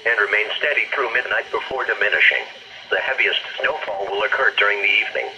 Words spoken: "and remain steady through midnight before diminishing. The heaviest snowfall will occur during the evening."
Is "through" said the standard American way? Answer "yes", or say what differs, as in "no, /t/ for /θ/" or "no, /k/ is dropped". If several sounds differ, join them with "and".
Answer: yes